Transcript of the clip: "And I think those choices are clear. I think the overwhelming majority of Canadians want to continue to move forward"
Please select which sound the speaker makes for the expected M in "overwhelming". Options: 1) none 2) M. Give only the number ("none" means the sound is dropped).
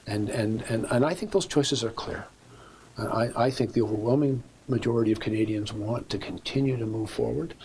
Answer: 2